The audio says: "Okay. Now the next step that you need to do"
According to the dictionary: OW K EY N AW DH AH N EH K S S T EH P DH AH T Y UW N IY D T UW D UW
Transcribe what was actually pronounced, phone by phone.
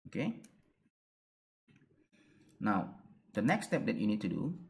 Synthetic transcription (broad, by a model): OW K EY N AW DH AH N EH K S S T EH P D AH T Y UW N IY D T UW D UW